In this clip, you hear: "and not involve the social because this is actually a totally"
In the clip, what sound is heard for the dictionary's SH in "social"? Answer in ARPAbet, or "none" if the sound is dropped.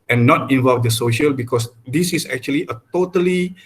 SH